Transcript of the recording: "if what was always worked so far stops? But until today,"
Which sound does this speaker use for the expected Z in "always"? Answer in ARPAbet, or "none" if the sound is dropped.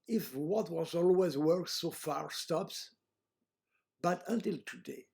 Z